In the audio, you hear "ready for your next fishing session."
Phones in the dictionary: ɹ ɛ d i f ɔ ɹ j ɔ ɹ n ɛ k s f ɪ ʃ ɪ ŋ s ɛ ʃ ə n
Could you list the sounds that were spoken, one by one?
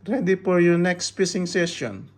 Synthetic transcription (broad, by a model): ɹ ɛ d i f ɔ ɹ j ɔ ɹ n ɛ k s p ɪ s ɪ ŋ s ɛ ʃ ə n